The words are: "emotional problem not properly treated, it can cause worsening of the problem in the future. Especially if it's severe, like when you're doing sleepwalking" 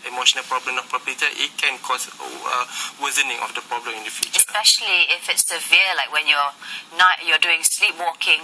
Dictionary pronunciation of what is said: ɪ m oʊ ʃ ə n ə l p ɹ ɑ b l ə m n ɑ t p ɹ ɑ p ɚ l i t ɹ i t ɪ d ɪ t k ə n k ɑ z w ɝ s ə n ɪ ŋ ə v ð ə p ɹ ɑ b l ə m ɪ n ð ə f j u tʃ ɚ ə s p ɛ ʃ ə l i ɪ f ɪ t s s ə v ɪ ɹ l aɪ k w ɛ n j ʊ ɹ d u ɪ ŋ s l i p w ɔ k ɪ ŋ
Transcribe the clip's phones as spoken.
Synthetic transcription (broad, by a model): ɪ m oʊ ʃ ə n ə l p ɹ ɑ b l ə m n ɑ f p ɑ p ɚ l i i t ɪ ɪ t k ə n k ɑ s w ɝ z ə n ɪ ŋ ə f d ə p ɹ ɑ b l ə m ɪ n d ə f j u tʃ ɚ ə s p ɛ ʃ ə l i ɪ f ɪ t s s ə v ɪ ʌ l aɪ k w ɛ n j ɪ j d u ɪ ŋ s l i p w ɔ k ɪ ŋ